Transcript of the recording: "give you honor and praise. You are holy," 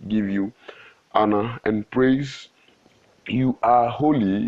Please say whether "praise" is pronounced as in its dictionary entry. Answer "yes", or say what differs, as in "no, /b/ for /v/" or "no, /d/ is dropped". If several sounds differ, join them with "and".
yes